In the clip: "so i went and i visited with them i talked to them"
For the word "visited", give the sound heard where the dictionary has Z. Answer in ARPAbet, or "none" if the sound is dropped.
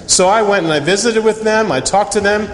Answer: Z